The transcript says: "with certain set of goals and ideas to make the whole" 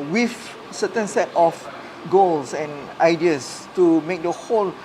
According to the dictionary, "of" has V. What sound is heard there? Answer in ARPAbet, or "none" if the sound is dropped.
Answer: F